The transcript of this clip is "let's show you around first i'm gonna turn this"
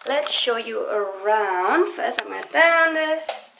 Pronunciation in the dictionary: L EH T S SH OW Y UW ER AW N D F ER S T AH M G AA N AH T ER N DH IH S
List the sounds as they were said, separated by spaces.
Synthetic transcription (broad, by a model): L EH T S SH OW Y UW ER AW N D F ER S AH M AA AH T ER N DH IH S